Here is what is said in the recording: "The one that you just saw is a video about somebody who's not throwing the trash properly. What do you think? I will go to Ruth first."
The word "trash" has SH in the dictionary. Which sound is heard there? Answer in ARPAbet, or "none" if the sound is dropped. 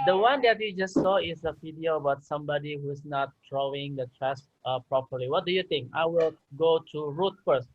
S